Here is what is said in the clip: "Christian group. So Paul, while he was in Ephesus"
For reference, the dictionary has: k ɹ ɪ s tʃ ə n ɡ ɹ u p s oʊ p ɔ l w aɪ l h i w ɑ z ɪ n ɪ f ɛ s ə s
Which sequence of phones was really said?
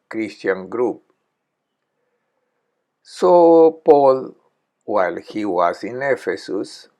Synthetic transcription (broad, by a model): k ɹ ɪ s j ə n ɡ ɹ u p s oʊ p ɔ l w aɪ l h i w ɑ s ɪ n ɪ f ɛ s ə s